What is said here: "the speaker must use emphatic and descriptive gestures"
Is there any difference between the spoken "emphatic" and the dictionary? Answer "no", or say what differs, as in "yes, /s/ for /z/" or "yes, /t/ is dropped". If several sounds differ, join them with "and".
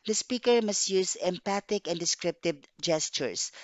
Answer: yes, /p/ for /f/